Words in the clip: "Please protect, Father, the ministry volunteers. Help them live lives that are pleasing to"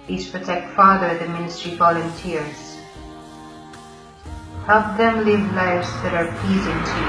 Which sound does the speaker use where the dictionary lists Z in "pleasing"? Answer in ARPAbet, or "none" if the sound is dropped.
Z